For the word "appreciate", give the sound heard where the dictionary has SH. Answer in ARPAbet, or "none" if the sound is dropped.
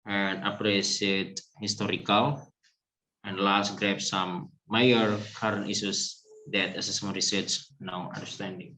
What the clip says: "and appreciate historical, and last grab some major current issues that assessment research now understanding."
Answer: S